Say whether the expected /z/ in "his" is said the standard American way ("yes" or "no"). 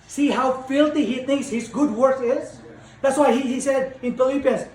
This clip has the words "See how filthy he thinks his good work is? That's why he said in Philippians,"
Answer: yes